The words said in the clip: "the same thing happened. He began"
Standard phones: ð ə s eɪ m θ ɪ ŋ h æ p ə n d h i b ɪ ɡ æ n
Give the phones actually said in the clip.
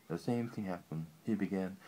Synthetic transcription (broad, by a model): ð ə s eɪ m θ ɪ ŋ h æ p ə n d h i b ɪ ɡ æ n